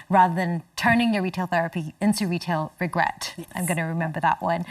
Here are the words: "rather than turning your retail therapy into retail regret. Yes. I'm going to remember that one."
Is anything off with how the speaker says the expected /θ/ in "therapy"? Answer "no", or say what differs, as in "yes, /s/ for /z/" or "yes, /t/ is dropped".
no